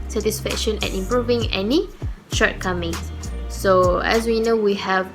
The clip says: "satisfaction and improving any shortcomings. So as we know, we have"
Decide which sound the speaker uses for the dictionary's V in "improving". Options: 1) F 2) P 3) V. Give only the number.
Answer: 3